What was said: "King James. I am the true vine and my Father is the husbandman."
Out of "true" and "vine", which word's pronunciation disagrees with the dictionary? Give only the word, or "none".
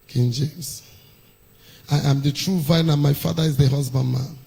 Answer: none